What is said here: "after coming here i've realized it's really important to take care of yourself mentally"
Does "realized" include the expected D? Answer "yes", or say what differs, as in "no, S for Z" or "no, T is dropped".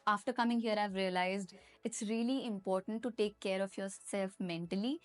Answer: yes